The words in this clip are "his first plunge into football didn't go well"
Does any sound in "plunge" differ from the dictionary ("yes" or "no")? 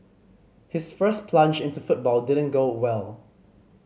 no